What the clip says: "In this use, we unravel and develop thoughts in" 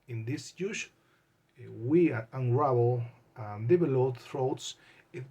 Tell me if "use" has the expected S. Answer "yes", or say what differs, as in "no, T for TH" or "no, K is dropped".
no, SH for S